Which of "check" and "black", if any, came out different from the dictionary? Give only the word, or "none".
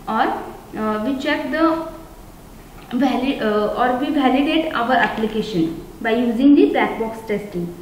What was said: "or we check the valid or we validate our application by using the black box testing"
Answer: black